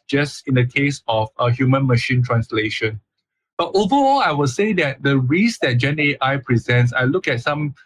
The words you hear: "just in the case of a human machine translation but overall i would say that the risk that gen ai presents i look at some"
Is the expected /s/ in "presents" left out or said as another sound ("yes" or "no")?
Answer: no